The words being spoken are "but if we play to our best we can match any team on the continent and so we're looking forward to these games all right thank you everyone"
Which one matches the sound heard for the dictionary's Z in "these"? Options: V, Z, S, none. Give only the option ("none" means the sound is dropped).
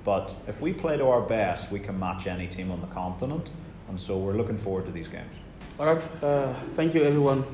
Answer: Z